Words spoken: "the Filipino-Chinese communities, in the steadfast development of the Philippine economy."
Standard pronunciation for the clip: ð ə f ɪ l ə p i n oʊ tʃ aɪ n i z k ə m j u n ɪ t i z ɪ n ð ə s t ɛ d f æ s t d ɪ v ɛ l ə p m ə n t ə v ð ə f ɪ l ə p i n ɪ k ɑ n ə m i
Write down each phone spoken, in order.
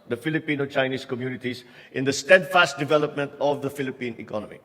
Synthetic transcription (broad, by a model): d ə f ɪ l ə p i n oʊ tʃ aɪ n i s k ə m j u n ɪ t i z ɪ n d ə s t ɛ d f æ s t d ɪ v ɛ l ə p m ə n t ə v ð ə f ɪ l ə p i n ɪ k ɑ n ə m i